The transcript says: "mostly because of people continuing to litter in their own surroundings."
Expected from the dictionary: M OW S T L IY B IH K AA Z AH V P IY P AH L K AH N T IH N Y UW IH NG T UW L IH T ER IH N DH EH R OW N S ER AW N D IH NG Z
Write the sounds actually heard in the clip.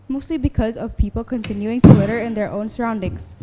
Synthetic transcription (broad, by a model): M OW S T L IY B IH K AA Z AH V P IY P AH L K AH N T IH N Y UW IH NG T UW W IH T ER IH N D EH R OW N S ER AW N D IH NG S